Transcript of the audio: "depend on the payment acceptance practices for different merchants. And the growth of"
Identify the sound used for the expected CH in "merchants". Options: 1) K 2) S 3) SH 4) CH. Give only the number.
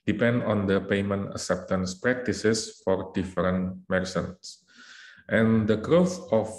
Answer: 2